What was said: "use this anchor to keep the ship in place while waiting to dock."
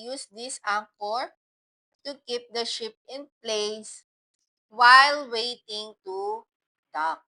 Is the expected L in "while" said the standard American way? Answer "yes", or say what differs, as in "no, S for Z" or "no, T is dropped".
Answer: yes